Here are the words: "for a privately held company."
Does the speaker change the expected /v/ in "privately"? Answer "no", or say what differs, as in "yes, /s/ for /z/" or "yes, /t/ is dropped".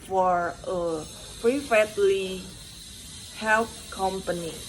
yes, /f/ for /v/